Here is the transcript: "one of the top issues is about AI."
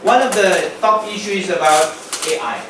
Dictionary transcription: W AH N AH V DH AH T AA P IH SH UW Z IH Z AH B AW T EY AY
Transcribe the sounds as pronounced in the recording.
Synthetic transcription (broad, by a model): W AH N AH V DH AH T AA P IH SH UW IH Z AH B AW T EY AY